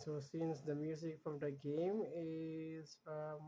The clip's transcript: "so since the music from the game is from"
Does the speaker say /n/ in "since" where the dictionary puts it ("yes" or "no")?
yes